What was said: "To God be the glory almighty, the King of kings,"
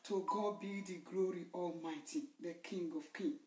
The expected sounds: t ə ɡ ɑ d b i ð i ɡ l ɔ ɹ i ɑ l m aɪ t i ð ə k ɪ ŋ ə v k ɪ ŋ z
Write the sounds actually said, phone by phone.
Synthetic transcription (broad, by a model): t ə ɡ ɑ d b i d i ɡ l ɔ ɹ i ɑ l m aɪ t i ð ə k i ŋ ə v k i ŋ